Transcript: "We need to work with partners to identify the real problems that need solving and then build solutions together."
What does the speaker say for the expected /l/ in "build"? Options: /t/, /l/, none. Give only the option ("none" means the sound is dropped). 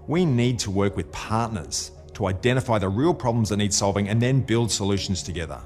/l/